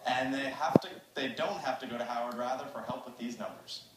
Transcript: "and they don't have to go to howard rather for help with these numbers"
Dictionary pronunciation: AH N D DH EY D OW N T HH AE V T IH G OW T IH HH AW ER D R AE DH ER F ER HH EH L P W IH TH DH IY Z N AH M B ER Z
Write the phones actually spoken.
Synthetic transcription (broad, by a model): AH N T DH EY D OW N T HH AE F T IH G OW T IH HH AW ER D R AE DH ER F ER HH EH L P W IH DH IY Z N AH M B ER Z